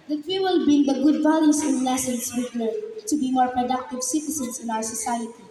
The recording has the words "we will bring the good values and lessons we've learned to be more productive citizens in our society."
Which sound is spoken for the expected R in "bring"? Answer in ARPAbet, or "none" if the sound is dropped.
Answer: none